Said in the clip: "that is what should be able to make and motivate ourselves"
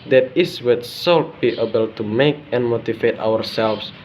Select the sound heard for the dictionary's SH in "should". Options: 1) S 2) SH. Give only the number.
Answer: 1